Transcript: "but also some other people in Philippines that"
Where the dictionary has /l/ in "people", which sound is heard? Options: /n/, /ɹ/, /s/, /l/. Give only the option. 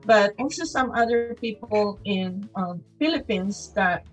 /n/